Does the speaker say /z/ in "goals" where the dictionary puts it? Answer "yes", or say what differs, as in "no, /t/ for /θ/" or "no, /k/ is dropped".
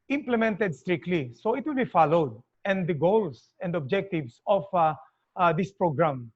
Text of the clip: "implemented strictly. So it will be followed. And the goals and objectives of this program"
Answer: no, /s/ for /z/